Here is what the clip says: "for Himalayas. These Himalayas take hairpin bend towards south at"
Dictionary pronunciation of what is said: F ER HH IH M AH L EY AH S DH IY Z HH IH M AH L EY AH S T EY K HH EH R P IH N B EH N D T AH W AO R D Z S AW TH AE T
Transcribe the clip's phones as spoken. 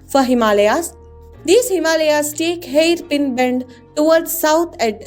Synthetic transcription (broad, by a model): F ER HH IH M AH L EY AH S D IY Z HH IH M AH L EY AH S T EY K HH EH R P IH N B EH N D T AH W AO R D S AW T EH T